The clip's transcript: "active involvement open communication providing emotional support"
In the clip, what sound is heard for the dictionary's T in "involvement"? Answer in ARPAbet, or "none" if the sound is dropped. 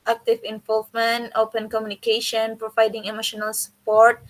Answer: T